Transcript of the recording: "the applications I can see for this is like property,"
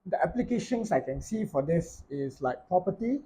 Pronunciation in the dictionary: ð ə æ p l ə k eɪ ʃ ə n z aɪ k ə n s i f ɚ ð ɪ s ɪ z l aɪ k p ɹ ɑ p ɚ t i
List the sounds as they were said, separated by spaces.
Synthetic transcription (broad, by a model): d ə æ p l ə k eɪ ʃ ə n s aɪ k ə n s i f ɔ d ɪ s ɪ s l aɪ k p ɹ ɑ p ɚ t i